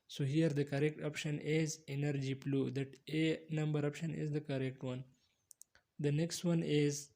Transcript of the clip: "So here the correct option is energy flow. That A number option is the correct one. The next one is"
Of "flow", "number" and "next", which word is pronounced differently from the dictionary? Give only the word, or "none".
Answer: flow